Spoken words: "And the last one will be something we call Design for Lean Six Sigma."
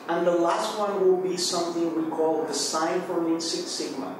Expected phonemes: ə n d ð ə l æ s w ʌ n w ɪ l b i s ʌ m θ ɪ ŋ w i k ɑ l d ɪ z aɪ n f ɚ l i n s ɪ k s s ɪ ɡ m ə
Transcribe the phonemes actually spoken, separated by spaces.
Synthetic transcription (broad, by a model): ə n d ð ə l æ s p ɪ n w ɪ l b i s ʌ m θ ɪ ŋ w i k ɑ l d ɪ s aɪ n f ɚ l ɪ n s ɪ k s s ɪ ɡ m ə